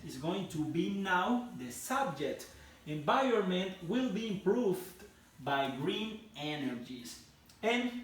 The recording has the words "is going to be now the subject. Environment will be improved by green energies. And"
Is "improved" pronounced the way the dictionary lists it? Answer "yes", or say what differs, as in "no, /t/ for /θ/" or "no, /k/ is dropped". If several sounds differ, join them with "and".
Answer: yes